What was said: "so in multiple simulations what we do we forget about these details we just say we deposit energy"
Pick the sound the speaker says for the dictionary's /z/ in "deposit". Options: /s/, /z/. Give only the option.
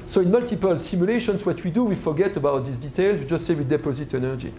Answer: /z/